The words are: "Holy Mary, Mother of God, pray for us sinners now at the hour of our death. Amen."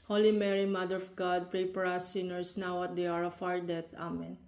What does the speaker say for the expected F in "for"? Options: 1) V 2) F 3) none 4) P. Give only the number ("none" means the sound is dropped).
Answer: 4